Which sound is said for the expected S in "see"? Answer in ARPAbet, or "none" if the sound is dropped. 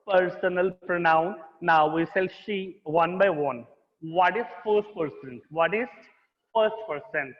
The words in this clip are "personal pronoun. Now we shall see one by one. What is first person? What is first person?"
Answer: SH